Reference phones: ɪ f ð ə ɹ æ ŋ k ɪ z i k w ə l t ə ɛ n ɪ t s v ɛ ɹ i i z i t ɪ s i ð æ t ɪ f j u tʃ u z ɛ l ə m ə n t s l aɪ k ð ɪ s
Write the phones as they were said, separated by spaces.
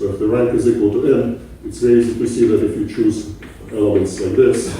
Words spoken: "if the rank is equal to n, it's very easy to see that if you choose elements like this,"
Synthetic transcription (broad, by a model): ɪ f ð ə ɹ æ ŋ k ɪ z i k w ə l t ə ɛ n ɪ t s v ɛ i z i t ɪ s i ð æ t ɪ f j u tʃ u z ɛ l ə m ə n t s l aɪ k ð ɪ s